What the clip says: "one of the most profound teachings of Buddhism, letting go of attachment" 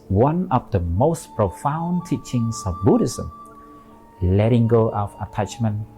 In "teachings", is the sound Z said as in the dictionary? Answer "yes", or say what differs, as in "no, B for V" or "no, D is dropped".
no, S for Z